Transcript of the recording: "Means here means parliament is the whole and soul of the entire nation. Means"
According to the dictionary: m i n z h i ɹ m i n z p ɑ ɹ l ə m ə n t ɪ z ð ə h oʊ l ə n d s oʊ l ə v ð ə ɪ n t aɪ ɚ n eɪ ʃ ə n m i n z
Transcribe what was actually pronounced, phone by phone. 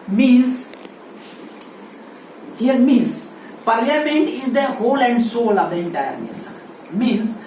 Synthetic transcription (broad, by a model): m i n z h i ɹ m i n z p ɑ ɹ l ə m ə n t ɪ z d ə h oʊ l ə n d s oʊ l ə v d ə ɪ n t aɪ ɚ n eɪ s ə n m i n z